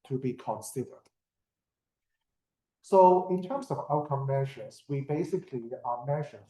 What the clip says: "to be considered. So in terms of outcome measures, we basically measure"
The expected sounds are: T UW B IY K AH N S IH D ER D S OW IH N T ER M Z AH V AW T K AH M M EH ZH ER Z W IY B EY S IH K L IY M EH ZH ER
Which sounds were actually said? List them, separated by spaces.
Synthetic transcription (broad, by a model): T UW B IY K AH N S IH D ER D S OW IH N T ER M S AH V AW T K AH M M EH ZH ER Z W IY B EY S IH K L IY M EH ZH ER